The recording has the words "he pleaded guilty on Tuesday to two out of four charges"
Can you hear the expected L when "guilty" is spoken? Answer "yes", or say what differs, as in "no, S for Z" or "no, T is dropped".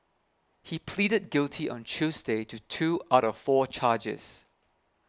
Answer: yes